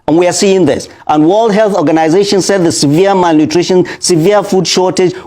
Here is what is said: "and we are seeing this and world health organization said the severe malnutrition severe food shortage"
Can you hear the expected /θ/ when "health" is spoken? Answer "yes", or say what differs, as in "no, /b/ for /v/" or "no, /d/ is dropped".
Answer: yes